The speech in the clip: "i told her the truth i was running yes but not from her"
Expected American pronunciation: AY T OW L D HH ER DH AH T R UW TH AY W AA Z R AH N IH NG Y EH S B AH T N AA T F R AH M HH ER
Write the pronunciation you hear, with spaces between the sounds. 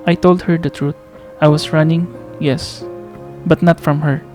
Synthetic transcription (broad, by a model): AY T OW L D HH ER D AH T R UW T AY W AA S R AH N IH NG Y EH S B AH T N AA T F R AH M HH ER